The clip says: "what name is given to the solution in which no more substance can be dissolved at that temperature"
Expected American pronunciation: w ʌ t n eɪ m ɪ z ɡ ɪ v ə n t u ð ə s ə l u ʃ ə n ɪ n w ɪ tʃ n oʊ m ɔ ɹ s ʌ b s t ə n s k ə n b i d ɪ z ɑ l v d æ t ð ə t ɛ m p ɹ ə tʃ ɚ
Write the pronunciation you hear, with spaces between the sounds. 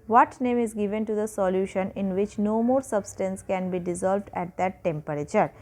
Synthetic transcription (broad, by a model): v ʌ t n eɪ m ɪ z ɡ ɪ v ə n t u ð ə s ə l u ʃ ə n ɪ n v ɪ tʃ n oʊ m ɔ ɹ s ʌ b s t ə n s k ə n b i d ɪ z ɑ l v d æ t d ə t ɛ m p ɹ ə tʃ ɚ